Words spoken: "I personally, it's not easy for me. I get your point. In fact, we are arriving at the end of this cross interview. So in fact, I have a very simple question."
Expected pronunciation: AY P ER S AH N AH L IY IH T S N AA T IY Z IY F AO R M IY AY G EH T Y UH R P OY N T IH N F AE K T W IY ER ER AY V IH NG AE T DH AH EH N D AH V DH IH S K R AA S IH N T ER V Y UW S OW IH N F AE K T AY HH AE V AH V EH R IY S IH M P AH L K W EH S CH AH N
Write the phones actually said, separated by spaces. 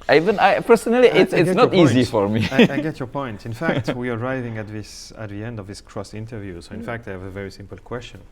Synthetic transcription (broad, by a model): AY P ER S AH N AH L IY IH T S N AA T IY Z IY F AO R M IY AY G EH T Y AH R P OY N T IH N F AE K T W IY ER ER AY V IH NG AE T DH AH EH N D AH V DH IH S K R AA S IH N T ER V Y UW S OW IH N F AE K T AY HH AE V AH V EH R IY S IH M P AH L K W EH S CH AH N